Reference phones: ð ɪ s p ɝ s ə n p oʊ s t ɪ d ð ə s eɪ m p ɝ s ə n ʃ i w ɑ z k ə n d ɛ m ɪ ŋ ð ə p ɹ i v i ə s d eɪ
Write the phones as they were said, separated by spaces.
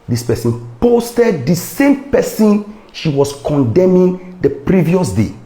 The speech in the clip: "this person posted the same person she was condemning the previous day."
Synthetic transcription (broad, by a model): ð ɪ s p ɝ s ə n p oʊ s t ɪ d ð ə s eɪ m p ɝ s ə n ʃ i w ɑ s k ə n d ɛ m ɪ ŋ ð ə p ɹ i v i ə s d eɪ